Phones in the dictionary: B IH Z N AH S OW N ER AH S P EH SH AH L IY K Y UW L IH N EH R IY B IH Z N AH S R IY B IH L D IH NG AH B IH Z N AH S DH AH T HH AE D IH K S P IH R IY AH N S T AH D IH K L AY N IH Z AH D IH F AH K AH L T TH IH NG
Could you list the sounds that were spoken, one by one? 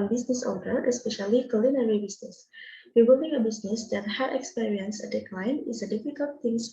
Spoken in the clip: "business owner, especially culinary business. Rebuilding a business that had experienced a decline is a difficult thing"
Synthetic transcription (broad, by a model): B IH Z N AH S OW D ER AH S P EH SH AH L IY K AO L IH N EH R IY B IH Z N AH S W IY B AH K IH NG AH B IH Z N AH S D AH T HH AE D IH K S P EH R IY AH N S AH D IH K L AY N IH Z AH D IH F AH K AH L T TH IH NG